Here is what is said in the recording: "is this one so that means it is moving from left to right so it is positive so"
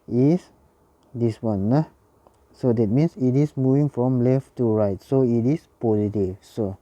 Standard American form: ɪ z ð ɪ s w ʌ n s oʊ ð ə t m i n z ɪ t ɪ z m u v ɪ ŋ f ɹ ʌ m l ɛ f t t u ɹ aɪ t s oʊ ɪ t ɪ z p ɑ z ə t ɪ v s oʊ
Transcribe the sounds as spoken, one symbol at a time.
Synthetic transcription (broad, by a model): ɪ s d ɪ s w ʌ n s oʊ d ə t m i n s ɪ t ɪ s m u v ɪ ŋ f ɹ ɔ m l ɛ f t t u ɹ aɪ t s oʊ ɪ t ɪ s p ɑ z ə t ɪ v s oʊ